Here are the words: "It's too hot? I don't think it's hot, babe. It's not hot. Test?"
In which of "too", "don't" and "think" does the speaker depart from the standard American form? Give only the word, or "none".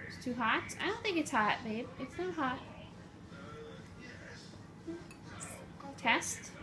none